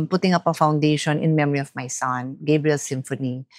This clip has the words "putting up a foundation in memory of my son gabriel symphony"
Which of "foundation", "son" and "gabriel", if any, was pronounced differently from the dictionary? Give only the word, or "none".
none